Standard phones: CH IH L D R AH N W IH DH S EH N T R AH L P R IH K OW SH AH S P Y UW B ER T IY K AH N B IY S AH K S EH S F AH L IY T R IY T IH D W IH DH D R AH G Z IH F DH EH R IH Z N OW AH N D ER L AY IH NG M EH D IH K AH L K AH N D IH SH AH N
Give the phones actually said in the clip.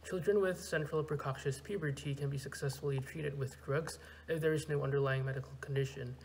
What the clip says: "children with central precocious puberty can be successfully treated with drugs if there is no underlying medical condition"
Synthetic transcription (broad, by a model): CH IH L D R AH N W IH DH S EH N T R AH L P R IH K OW SH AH S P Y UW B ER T IY K AH N B IY S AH K S EH S F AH L IY T R IY T IH D W IH DH D R AH G Z IH F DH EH R IH Z N OW AH N D ER L AY IH NG M EH D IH K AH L K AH N D IH SH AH N